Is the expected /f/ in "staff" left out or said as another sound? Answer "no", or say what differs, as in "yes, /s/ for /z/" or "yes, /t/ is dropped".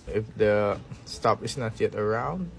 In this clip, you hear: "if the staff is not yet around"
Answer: yes, /p/ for /f/